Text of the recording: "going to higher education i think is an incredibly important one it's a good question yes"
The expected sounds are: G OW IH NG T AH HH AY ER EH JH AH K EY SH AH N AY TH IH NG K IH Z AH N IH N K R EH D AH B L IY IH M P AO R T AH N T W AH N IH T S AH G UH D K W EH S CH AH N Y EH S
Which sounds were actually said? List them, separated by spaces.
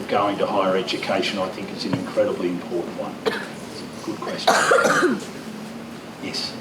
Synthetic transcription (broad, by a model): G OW IH NG T AH HH AY ER EH JH AH K EY SH AH N AY TH IH NG K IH S AH N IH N K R EH D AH B L IY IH M P AO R T N T W AH N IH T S AH G UH D K W EH S CH AH N Y EH S